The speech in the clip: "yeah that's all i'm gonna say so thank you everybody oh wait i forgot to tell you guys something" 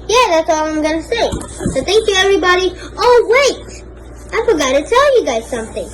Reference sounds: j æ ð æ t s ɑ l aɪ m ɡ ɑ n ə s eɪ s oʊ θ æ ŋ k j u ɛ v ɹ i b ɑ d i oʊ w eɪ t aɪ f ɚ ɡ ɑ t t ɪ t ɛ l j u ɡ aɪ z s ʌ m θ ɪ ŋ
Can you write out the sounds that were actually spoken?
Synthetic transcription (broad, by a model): j æ ð æ t s ɑ l aɪ m ɡ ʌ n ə s eɪ s oʊ θ æ ŋ k j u ɛ v ɹ i b ɑ d i oʊ w eɪ t aɪ f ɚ ɡ ɑ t t ɪ t ɛ l j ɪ ɡ aɪ z s ʌ m θ ɪ ŋ